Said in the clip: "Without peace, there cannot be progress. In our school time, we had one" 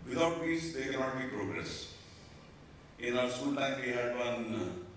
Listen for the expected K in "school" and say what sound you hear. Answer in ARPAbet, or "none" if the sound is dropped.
none